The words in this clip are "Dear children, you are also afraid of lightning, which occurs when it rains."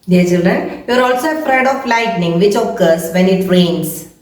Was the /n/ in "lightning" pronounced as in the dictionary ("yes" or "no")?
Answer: yes